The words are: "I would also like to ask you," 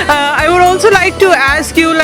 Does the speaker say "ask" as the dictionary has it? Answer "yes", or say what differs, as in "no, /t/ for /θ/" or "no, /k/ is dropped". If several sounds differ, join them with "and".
yes